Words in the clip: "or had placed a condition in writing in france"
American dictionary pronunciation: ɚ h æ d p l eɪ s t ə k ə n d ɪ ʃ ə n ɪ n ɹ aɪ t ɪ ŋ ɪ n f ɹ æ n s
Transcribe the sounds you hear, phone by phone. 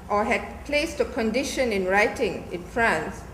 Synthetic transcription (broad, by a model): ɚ h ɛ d p l eɪ s t ə k ə n d ɪ ʃ ə n ɪ n ɹ aɪ t ɪ ŋ ɪ n f ɹ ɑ n s